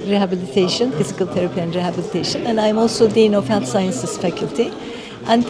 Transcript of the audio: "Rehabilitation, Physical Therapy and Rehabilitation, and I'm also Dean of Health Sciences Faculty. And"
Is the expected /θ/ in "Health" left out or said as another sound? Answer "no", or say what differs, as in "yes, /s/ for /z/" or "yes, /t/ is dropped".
yes, /t/ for /θ/